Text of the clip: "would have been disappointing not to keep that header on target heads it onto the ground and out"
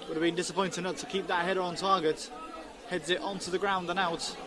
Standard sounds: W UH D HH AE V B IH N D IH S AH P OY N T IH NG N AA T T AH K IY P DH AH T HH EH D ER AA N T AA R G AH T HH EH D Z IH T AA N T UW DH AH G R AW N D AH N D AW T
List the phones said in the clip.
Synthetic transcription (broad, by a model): W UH D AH V B IH N D IH S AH P OY N T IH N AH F T AH K IY P DH AH T HH EH D ER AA N T AA G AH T HH EH D Z IH T AA N T UW DH AH G R AW N D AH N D AW T